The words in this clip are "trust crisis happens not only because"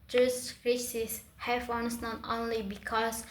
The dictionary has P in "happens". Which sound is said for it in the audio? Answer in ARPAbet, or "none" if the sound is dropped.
F